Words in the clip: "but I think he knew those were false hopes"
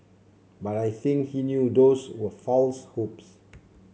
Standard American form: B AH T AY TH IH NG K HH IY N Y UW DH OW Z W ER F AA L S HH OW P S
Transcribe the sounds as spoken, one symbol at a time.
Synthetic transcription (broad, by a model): B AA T AY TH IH NG K HH IY N Y UW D OW S W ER F AA L S HH OW P S